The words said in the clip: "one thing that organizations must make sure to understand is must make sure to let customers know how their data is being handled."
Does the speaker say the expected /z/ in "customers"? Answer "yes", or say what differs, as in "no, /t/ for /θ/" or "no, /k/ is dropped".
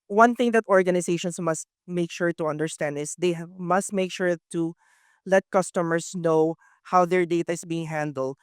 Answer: no, /s/ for /z/